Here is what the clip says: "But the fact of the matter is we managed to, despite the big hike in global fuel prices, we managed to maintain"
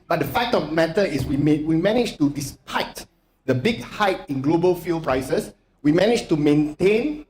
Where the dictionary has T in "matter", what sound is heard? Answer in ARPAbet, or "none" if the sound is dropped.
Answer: S